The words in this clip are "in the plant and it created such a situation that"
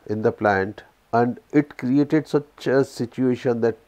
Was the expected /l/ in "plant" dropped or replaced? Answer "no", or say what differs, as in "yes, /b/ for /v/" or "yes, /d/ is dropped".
no